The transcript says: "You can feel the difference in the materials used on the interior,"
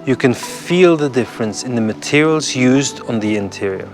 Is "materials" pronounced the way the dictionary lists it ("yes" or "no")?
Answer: yes